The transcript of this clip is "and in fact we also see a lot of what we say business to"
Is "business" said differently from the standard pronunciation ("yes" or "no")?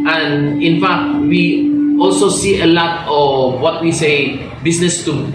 yes